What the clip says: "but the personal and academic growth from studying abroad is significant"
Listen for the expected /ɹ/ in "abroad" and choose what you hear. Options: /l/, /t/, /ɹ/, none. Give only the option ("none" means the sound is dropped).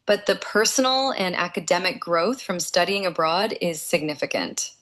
/ɹ/